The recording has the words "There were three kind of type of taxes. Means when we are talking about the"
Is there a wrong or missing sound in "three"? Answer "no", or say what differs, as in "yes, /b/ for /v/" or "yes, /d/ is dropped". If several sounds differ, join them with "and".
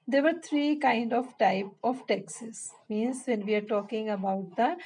yes, /t/ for /θ/